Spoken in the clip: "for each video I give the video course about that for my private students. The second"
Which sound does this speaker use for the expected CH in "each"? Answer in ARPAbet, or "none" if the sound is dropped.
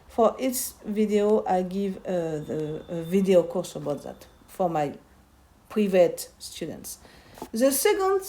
S